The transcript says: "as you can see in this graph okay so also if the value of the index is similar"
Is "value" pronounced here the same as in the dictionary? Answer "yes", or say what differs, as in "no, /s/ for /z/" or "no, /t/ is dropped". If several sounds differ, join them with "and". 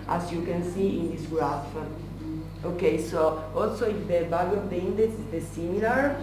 no, /b/ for /v/